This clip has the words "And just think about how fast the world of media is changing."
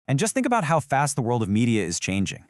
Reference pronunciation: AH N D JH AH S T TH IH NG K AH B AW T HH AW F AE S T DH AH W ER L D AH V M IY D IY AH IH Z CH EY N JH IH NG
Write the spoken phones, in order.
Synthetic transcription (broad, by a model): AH N JH AH S T TH IH NG K AH B AW T HH AW F AE S T DH AH W ER L D AH V M IY D IY AH IH Z CH EY N JH IH NG